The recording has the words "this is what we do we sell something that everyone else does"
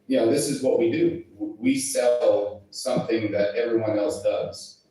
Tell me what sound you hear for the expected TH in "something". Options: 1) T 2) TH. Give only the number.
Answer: 2